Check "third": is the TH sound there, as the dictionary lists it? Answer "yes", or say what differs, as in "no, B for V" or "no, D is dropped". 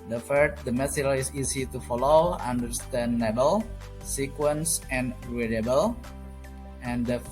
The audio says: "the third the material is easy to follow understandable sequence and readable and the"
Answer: no, F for TH